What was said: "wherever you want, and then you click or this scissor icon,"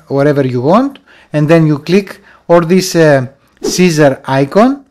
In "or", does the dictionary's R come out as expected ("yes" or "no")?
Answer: no